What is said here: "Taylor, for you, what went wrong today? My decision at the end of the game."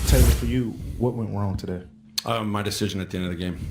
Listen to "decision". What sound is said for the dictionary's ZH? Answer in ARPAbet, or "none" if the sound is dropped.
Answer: ZH